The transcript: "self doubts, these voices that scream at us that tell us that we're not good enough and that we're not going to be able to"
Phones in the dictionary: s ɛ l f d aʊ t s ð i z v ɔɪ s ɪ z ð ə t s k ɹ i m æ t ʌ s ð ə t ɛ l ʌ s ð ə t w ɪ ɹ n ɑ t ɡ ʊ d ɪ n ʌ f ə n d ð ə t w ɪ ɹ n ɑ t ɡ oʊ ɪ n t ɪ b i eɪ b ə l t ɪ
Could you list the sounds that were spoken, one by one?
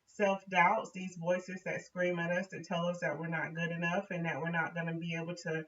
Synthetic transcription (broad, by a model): s ɛ l f d aʊ t s ð i z v ɔɪ s ɪ z ð ə t s k ɹ i m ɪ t ʌ s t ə t ɛ l ʌ s ð ə t w ɪ ɹ n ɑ t ɡ ʊ d ɪ n ʌ f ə n ð ə t w ɪ ɹ n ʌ t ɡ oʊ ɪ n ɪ b i eɪ b l t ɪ